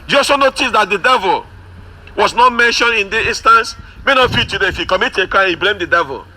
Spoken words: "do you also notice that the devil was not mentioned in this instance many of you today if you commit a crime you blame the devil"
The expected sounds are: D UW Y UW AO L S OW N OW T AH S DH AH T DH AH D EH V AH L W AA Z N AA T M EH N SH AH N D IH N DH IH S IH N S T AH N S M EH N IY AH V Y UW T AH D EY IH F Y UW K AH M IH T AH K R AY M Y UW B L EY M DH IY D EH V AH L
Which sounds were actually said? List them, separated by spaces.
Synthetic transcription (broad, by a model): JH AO S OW N OW T AH S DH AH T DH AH D EH V AH L W AA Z N AA T M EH N SH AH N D IH N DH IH IH N S T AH N S M EH N IY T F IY T AH D EY IH F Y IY K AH M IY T AH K AY B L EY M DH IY D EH V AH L